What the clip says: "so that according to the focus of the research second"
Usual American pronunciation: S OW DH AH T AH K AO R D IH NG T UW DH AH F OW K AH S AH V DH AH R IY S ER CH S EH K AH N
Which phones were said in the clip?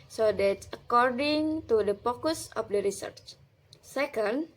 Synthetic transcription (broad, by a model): S OW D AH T AH K AO R D IH NG T UW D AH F OW K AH S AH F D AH R IY S ER CH S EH K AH N